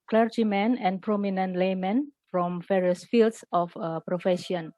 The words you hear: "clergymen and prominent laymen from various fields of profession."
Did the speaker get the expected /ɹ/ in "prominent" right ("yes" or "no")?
yes